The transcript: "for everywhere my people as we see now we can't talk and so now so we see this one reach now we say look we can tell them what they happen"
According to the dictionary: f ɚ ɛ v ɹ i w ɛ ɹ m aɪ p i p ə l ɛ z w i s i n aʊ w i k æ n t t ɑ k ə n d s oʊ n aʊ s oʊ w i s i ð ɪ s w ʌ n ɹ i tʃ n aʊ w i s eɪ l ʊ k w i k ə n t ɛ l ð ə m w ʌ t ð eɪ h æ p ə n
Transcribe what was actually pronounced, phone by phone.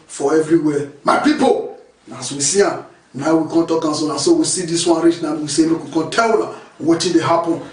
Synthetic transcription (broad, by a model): f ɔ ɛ v ɹ i w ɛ m aɪ p i p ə n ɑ s w i s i n aʊ w i k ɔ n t t ɑ k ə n s oʊ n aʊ s oʊ w i s i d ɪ s w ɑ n ɹ i tʃ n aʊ w i s eɪ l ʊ k w i k ə n t ɛ l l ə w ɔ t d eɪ h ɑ p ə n